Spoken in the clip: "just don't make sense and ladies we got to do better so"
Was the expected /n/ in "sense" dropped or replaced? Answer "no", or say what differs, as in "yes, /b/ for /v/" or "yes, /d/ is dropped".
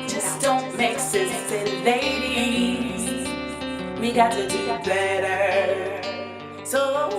yes, /n/ is dropped